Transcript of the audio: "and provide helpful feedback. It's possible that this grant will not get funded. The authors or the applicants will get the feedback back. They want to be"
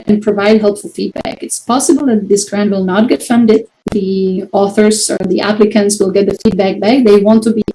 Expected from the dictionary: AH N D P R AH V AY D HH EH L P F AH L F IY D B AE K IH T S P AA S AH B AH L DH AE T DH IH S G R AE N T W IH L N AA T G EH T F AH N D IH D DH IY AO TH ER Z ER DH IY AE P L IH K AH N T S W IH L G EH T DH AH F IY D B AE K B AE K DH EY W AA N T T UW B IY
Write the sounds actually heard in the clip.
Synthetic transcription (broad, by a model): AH N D P R AH V AY D HH EH L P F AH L F IY D B AE K IH T S P AA S AH B AH L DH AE T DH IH S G R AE N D W IH L N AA T G EH T F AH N D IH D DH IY AO TH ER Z ER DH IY AE P L IH K AH N T S W IH L G EH T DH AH F IY D B AE K B AE K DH EY W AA N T T UW B IY